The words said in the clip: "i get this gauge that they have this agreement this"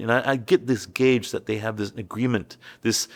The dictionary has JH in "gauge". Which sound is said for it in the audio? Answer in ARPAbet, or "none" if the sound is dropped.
JH